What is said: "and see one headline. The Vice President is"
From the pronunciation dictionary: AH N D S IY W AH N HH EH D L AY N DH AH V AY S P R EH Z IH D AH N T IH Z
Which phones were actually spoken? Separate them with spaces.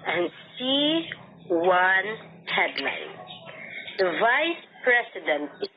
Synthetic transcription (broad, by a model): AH N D S IY W AH N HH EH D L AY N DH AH V AY S P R EH S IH D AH N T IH